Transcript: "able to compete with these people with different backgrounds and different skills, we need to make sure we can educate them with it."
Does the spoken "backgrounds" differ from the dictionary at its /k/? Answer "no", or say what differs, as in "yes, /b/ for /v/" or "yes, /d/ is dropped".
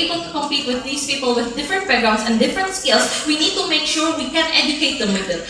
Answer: yes, /k/ is dropped